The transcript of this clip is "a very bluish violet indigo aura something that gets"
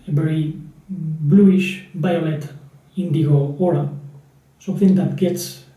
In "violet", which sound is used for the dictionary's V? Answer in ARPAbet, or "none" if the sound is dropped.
B